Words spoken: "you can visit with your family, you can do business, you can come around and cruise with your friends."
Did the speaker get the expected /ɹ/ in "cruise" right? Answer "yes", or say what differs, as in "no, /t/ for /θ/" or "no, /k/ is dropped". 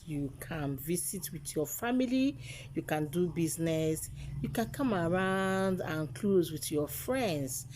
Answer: no, /l/ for /ɹ/